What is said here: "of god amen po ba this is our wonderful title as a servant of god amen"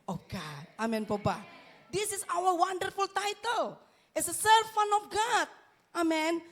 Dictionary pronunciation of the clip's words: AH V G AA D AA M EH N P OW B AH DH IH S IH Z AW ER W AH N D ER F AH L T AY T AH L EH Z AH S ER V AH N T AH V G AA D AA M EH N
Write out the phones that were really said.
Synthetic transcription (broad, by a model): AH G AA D AA M EH N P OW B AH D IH S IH S AW ER W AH N D ER F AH L T AY T AH L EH S AH S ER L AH N AH F G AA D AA M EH N